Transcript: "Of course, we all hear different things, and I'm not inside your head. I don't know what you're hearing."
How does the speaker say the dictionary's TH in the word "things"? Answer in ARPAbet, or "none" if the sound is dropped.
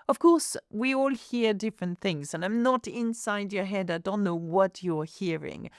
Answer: TH